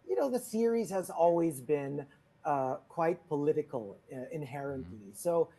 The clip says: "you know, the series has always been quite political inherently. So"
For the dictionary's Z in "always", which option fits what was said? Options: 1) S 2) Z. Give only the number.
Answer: 2